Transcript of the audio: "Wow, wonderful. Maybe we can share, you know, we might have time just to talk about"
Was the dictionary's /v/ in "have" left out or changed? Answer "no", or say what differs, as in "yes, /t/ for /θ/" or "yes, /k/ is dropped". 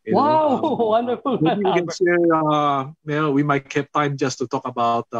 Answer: yes, /p/ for /v/